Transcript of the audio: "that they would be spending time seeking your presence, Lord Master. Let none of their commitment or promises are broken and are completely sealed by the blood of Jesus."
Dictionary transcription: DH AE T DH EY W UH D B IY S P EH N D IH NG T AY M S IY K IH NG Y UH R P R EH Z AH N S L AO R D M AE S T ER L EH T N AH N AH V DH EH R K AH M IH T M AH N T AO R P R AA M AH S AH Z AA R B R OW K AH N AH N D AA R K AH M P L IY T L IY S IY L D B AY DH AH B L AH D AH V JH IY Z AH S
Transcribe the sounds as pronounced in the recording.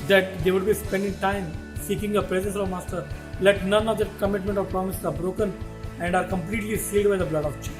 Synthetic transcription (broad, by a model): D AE T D EY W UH D B IY S P EH N D IH NG T AY M S IY K IH NG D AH P R EH Z AH N S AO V M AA S T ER L EH T N AH N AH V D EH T K AH M IH T M AH N T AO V P R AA M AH S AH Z AA R B R OW K AH N AH N D AA R K AH M P L IY T L IY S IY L D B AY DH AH B L AH D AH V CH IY